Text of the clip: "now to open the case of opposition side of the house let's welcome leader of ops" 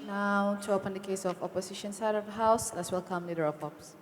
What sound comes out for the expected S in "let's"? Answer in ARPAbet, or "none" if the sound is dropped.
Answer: S